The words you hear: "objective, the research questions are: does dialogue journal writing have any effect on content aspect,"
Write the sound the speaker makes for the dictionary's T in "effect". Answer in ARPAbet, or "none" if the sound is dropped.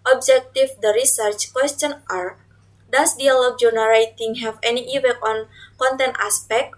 none